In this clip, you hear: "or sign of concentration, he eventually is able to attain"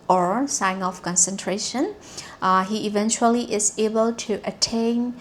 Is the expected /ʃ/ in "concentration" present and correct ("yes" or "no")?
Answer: yes